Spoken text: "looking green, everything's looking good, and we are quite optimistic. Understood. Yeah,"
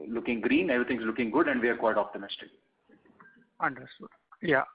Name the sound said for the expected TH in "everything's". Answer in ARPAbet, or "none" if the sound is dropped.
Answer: T